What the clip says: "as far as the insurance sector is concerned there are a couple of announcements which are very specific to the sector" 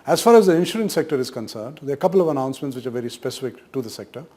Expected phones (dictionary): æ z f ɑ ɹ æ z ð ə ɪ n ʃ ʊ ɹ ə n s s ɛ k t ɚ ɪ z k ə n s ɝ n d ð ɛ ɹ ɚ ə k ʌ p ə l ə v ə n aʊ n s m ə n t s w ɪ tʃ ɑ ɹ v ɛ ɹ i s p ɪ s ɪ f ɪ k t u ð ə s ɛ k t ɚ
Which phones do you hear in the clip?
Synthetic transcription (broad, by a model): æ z f ɑ ɹ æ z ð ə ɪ n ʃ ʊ ɹ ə n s s ɛ k t ɚ ɪ z k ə n s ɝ n d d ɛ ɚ ə k ʌ p ə l ə v ə n aʊ n s m ə n t s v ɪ tʃ ɑ ɹ v ɛ ɹ i s p ɪ s ɪ f ɪ k t u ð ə s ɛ k t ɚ